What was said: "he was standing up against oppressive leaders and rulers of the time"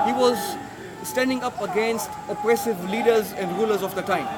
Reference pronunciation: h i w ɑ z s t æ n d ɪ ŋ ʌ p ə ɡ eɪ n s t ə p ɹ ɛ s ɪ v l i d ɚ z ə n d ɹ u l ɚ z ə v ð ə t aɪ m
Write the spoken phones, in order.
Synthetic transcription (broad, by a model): h i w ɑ z s t æ n d ɪ ŋ ʌ p ə ɡ eɪ n s t ə p ɹ ɛ s ɪ v l i d ɚ z ə n d ɹ u l ɚ z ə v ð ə t aɪ m